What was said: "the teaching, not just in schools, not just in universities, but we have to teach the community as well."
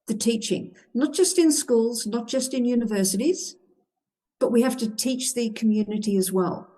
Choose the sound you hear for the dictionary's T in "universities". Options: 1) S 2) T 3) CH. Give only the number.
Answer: 2